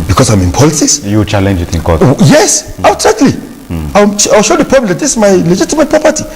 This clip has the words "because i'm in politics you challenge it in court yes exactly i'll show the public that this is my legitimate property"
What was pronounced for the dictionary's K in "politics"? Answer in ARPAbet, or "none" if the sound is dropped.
none